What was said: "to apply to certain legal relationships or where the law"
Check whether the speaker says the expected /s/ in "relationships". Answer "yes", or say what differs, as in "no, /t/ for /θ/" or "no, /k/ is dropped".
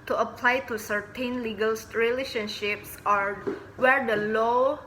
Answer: yes